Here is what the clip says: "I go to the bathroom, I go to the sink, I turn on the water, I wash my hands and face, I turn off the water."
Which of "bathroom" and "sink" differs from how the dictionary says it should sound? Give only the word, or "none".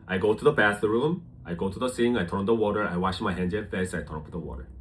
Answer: sink